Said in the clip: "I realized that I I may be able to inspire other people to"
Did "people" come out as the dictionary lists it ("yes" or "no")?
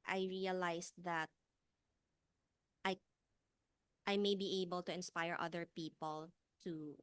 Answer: yes